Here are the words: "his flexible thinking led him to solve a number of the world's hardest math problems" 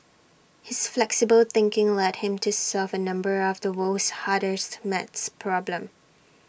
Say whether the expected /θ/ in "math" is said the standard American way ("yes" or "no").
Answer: no